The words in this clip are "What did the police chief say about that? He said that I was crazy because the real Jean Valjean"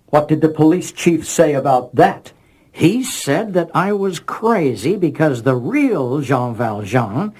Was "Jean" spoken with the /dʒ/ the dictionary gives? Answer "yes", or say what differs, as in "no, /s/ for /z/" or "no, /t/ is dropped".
no, /ʒ/ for /dʒ/